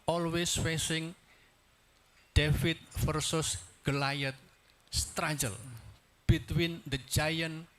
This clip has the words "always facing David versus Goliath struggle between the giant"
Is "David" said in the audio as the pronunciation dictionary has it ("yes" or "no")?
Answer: no